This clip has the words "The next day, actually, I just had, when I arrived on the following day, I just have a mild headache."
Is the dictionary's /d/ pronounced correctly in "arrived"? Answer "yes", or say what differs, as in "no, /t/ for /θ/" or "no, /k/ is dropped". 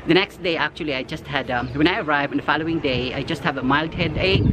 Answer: no, /d/ is dropped